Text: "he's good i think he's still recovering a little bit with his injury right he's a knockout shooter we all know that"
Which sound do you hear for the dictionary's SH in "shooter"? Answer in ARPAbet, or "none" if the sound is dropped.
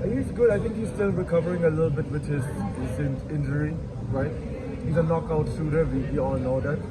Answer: S